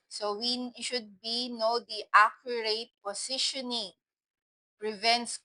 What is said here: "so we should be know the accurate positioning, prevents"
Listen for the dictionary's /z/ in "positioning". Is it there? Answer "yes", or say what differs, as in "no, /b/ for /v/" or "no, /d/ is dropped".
no, /s/ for /z/